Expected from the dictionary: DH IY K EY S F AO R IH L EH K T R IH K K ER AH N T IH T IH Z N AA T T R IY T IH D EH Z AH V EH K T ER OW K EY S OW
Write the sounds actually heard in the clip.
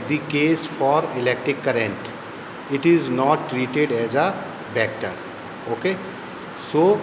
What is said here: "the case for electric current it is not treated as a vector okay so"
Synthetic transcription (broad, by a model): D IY K EY S F AO R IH L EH K T R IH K K ER AH N T IH T IH Z N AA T T R IY T IH D EH Z AH B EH K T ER OW K EY S OW